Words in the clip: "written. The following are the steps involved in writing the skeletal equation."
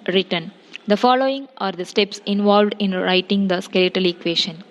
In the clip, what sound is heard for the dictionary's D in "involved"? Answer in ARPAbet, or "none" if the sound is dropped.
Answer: D